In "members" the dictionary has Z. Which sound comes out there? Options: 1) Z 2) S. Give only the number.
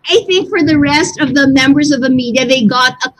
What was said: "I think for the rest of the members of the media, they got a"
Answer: 1